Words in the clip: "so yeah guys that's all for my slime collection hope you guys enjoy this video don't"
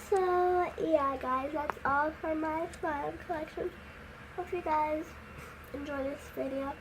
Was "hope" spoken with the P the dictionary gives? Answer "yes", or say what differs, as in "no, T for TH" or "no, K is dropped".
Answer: no, F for P